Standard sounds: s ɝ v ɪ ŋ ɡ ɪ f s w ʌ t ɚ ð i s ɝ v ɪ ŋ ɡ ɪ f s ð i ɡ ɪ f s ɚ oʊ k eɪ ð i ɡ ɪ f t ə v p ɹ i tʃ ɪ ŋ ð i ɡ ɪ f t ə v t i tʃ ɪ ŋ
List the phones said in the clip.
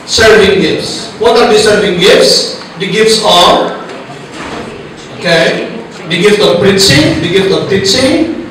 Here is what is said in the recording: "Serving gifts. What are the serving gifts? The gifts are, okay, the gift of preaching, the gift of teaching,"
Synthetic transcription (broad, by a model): s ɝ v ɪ ŋ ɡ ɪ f s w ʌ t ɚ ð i s ɝ v ɪ ŋ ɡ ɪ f s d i ɡ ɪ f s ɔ oʊ k eɪ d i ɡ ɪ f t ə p ɹ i s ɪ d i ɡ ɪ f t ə p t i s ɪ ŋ